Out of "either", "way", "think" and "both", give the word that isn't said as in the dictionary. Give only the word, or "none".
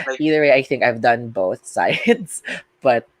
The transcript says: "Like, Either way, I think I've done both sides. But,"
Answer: none